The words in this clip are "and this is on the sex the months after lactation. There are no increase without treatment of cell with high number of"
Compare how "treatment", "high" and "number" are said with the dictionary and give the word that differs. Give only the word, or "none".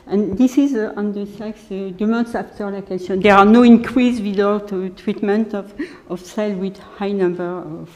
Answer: none